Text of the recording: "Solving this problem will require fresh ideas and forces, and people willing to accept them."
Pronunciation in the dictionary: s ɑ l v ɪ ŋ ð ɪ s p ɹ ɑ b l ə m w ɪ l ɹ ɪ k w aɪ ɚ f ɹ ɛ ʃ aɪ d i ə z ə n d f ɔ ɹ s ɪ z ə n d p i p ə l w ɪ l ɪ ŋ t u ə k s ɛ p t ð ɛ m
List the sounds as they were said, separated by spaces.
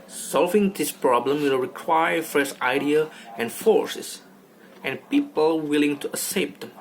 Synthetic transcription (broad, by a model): s ɑ l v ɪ ŋ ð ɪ s p ɹ ɑ b l ə m w ɪ l ɹ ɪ k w aɪ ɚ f ɹ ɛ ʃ aɪ d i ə ə n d f ɔ ɹ s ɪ s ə n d p i p ə l w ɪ l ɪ ŋ t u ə s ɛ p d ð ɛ m